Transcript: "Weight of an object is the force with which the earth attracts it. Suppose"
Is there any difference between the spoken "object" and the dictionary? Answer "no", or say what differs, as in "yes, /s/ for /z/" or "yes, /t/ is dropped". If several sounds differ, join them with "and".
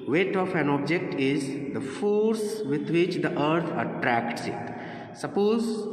no